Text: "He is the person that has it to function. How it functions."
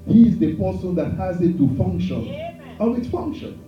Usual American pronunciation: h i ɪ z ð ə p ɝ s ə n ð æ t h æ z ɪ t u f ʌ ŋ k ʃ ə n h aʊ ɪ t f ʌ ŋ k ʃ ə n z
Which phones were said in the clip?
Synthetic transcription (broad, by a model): h i ɪ z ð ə p ɝ s ə n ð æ t h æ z ɪ t u f ʌ ŋ k ʃ ə n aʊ ɪ t f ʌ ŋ k ʃ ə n